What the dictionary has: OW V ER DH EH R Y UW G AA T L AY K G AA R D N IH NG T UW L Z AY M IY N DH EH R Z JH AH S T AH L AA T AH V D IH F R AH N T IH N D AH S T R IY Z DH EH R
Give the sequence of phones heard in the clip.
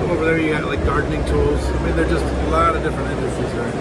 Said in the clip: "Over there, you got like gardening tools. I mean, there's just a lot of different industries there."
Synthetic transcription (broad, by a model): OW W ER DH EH R Y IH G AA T L AY K G AA R D N IH NG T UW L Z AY M IY N DH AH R JH AH S T AH L AA T AH V D IH F R AH N T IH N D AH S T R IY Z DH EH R